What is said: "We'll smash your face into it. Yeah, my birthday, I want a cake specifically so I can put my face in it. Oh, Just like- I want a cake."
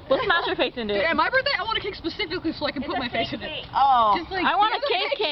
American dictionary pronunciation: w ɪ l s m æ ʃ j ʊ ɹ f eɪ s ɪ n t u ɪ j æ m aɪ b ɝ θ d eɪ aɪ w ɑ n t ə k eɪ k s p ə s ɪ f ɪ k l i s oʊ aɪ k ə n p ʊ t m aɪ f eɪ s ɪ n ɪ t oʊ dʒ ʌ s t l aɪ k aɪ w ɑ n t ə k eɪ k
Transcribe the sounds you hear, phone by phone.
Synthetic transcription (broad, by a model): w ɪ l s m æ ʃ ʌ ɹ f eɪ s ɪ n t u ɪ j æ m aɪ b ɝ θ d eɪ aɪ w ɑ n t ə k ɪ k s p ə s ɪ f ɪ k l i s oʊ aɪ k ə n p ʊ t m aɪ f eɪ s ɪ n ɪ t oʊ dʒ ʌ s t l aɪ aɪ w ɑ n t ə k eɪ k